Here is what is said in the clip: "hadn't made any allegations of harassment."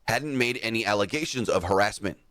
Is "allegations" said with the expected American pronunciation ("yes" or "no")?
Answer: yes